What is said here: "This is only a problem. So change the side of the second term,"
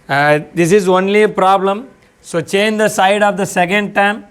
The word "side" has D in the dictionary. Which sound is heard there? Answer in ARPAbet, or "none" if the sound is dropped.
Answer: D